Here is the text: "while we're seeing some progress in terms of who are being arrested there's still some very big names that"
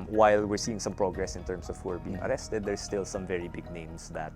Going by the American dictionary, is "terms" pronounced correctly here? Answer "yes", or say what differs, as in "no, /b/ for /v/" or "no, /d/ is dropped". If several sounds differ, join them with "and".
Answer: no, /s/ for /z/